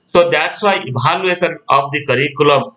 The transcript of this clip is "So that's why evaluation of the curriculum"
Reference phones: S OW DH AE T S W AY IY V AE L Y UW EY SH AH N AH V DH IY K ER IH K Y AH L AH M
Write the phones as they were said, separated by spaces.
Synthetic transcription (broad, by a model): S OW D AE T S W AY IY B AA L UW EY S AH N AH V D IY K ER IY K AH L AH M